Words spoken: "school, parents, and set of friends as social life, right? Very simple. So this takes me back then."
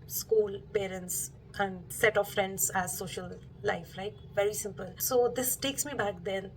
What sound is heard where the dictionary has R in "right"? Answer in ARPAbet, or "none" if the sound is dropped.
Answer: L